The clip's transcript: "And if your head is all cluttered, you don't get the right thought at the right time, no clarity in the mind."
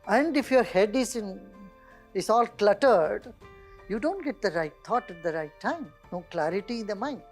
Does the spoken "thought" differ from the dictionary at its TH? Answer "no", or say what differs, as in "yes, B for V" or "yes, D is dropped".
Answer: yes, T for TH